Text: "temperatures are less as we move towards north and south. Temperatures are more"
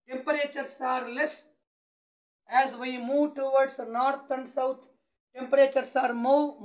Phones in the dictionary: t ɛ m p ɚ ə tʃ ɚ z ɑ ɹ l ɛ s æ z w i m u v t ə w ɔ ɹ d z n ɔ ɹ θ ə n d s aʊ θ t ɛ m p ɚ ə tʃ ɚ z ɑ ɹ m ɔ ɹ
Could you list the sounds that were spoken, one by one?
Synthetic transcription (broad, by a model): t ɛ m p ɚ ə tʃ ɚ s ɑ ɹ l ɛ s æ z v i m u v t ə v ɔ ɹ d s n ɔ ɹ t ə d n s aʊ t t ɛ m p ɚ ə tʃ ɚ s ɑ ɹ m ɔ